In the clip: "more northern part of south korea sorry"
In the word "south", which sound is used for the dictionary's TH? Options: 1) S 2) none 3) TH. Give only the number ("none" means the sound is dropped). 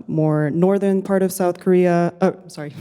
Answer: 3